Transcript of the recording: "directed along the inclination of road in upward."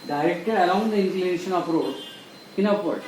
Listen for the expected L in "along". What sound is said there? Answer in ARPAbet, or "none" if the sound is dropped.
none